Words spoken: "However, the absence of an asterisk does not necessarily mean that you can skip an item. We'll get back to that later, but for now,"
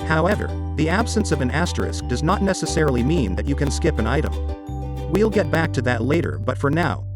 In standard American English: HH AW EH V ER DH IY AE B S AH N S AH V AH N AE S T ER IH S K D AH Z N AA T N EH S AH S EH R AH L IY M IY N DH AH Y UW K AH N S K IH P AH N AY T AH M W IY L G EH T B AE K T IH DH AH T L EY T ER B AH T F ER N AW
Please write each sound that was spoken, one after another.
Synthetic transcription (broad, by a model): HH AW EH V ER DH IY AE B S AH N S AH V AH N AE S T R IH S K D AH Z N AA T N EH S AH S EH R L IY M IY N DH AH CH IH K AH N S K IH P AH N AY T AH M W IY L G EH T B AE K T IH DH AH T L EY T ER B AH T F ER N AW